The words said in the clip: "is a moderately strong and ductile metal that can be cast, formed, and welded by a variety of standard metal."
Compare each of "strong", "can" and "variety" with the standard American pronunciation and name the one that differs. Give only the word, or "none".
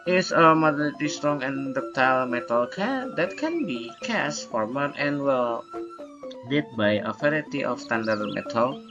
variety